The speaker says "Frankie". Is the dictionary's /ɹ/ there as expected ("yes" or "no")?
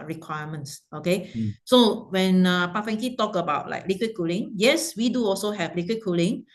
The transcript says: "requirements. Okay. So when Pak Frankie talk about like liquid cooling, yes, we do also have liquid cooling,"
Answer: no